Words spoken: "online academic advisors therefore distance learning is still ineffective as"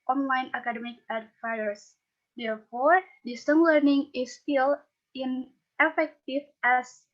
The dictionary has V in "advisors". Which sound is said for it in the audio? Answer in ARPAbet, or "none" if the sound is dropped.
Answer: F